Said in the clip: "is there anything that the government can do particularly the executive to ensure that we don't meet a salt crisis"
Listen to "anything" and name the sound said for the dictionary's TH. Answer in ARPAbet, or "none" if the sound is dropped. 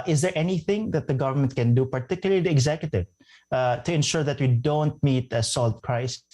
TH